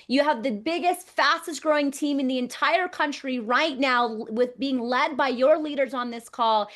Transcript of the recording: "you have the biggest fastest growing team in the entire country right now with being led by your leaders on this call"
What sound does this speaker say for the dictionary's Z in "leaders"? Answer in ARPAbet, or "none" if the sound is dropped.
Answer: Z